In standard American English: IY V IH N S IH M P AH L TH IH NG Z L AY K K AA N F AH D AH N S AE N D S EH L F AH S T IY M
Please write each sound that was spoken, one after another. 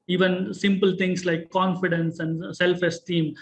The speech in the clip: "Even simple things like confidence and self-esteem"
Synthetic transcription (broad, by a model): IY V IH N S IH M P AH L T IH NG S L AY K K AA N F AH D AH N S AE N D S EH L F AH S T IY M